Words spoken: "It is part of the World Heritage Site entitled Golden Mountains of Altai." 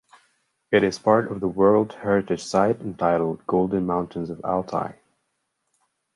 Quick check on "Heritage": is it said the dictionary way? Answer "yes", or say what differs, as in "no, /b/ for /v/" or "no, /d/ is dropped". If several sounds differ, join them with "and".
no, /ʒ/ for /dʒ/